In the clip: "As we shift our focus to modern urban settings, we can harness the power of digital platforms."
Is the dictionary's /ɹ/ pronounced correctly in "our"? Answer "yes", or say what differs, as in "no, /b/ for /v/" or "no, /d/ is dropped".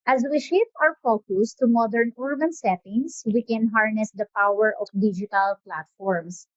no, /w/ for /ɹ/